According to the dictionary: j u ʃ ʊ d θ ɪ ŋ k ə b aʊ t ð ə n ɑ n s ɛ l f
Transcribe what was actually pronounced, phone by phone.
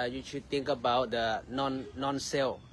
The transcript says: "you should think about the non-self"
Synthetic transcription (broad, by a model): j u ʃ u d t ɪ ŋ k ə b aʊ t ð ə n ɑ n s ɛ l